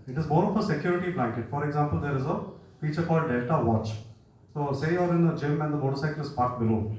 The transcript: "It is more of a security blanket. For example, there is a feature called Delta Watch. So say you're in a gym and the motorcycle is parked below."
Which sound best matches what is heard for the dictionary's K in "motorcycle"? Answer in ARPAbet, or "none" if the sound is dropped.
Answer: none